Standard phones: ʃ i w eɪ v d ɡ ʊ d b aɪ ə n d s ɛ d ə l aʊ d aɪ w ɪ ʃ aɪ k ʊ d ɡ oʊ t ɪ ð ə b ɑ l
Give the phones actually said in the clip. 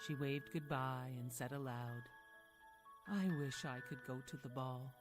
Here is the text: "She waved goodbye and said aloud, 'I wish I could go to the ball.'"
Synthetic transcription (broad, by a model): ʃ i w eɪ v d ɡ ʊ d b aɪ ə n s ɛ d ə l aʊ d aɪ w ɪ ʃ aɪ k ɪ d ɡ oʊ t ɪ ð ə b ɑ l